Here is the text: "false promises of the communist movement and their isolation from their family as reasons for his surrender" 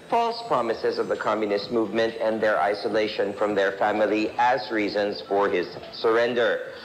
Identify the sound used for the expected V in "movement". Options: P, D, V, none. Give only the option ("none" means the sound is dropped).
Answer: V